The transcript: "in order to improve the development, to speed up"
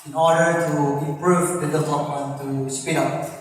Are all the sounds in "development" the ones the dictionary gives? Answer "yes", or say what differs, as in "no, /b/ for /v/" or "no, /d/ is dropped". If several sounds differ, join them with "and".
no, /m/ is dropped